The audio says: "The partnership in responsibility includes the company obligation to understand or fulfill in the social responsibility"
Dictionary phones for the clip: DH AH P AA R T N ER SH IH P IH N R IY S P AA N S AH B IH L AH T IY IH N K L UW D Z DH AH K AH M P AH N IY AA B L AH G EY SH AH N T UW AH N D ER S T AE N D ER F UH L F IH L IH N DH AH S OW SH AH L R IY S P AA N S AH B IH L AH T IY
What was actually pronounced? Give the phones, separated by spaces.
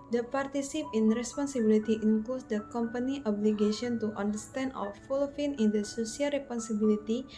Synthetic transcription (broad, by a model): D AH P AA R T IY S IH P IH N R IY S P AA N S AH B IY L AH T IY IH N K L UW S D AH K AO M P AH N IY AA B L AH G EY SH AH N T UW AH N D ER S T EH N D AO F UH L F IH N IH N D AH S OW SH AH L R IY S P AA N S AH B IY L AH T IY